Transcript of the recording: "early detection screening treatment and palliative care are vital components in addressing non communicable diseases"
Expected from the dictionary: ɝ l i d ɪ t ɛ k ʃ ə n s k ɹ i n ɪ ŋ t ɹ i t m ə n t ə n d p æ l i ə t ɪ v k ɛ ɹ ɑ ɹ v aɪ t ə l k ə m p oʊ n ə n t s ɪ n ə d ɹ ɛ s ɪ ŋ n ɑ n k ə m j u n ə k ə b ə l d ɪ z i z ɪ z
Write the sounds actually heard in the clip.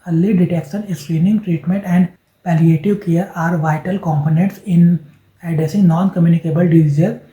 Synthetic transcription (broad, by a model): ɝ l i d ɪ t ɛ k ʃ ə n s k ɹ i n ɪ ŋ t ɹ i t m ə n t ə n d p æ l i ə t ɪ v k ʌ ɹ ɑ ɹ v aɪ t ə l k ə m p oʊ n ə n t s ɪ n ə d ɛ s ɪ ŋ n ɑ n k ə m j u n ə k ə b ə l d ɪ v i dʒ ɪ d